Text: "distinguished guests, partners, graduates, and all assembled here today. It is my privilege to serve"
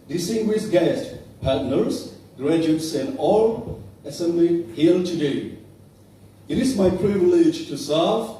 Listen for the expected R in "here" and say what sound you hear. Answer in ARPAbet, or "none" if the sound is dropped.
L